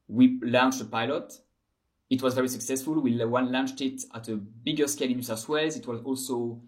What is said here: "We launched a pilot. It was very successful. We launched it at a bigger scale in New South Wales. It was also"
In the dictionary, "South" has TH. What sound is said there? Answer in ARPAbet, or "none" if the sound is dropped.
S